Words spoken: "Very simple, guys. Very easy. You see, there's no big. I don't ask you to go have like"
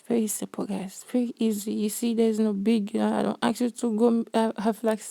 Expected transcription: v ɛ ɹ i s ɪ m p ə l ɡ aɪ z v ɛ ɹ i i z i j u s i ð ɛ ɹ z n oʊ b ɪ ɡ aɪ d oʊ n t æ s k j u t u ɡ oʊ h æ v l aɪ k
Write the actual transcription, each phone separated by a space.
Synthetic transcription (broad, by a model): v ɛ ɹ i s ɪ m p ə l ɡ aɪ z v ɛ ɹ i i z i j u s i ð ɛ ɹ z n oʊ b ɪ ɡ aɪ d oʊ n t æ k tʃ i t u ɡ oʊ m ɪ f l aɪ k